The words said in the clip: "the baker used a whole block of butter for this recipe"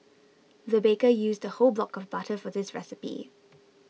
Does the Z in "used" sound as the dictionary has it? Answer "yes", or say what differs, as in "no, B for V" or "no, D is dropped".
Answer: yes